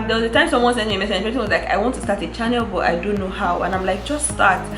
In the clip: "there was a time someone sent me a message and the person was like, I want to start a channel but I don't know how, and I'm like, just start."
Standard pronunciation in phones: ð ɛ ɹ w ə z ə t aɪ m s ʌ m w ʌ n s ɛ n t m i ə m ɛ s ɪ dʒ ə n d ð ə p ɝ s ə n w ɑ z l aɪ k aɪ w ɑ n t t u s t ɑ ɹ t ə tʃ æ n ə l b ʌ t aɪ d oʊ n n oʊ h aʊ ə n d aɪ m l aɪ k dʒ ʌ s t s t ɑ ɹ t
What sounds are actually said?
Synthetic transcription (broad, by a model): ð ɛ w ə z ə t aɪ m s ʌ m w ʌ n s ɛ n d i ə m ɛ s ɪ ə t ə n w ɑ z l aɪ k aɪ w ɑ n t t u s t ɑ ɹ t ə tʃ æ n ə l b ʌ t aɪ d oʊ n n oʊ h aʊ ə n aɪ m l aɪ k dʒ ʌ s t s t ɑ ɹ t